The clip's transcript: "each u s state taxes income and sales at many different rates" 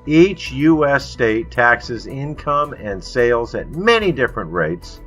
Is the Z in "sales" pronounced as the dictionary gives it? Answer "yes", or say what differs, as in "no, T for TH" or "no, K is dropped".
yes